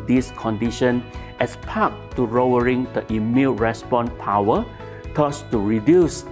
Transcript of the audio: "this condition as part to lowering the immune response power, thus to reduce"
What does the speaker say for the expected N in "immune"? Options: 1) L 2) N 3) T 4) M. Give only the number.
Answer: 1